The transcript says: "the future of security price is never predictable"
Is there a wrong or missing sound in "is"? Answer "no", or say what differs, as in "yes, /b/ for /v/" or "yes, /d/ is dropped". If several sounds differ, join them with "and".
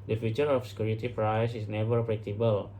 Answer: yes, /s/ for /z/